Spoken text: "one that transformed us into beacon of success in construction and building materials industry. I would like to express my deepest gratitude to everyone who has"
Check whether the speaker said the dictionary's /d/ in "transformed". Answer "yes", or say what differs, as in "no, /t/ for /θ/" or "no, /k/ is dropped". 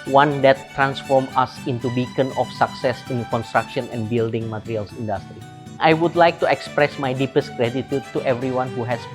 no, /d/ is dropped